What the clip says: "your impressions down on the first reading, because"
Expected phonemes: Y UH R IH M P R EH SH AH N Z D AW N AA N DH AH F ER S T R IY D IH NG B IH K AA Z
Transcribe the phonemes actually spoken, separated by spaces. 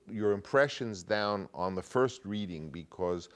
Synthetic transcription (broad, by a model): Y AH R IH M P R EH SH AH N Z D AW N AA N DH AH F ER S T R IY D IH NG B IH K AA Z